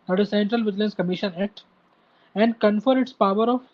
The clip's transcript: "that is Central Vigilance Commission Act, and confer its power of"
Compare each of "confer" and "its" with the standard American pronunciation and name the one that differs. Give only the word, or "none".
none